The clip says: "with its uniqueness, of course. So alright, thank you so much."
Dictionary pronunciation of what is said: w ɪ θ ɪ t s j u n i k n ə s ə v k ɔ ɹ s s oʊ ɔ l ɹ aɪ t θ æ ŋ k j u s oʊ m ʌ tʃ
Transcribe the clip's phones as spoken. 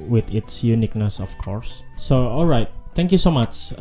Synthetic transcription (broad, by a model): w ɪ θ ɪ t s j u n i k n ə s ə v k ɔ ɹ s s oʊ ɔ l ɹ aɪ t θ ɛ ŋ k j u s oʊ m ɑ tʃ